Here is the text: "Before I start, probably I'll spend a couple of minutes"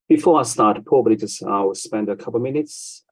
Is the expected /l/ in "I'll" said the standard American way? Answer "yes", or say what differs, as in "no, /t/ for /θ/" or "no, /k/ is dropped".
no, /w/ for /l/